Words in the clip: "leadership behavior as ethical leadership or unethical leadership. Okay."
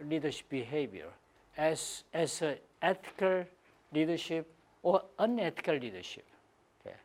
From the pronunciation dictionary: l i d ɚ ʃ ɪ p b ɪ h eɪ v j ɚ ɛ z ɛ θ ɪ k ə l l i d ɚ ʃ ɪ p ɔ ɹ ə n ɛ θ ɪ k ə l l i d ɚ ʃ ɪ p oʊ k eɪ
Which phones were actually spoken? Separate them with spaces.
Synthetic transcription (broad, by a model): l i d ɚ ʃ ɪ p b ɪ h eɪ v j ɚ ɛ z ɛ s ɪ k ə l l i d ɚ ʃ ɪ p ɔ ɹ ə n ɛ t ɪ k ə l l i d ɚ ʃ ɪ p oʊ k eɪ